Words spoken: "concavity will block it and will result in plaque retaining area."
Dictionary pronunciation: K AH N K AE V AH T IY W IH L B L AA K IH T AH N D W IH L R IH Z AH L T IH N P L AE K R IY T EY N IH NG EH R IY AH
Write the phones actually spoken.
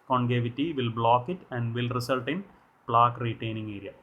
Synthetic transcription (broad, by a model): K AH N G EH V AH T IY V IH L B L AA K IH T AH N D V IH L R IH S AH L T IH N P L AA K R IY T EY N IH NG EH R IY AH